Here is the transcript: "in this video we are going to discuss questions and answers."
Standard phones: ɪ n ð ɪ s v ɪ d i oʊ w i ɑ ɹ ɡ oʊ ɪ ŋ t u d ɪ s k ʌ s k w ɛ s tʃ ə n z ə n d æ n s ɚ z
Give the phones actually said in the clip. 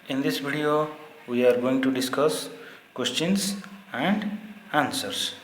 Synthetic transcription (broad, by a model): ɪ n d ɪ s b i d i oʊ w i ɑ ɹ ɡ oʊ ɪ ŋ t u d ɪ s k ʌ s k w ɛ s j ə n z ə n d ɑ n s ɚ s